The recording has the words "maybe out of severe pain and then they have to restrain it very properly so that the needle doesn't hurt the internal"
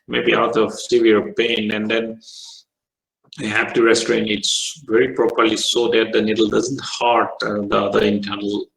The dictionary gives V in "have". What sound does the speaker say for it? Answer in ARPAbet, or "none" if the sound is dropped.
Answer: P